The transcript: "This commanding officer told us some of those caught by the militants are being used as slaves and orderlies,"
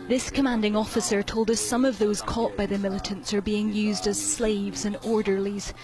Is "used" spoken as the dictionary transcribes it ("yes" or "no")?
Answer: yes